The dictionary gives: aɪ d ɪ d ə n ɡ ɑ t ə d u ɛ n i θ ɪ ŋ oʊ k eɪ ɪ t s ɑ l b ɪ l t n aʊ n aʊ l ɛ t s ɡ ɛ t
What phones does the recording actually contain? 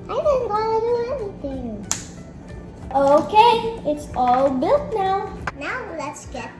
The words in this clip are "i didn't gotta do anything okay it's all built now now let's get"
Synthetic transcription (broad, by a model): aɪ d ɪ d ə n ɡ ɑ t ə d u ɛ n i θ ɪ ŋ oʊ k eɪ ɪ t s ɑ l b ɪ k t n aʊ n aʊ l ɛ t s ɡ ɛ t